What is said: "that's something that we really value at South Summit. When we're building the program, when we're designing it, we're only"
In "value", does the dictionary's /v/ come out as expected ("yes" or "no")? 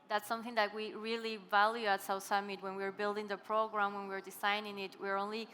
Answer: yes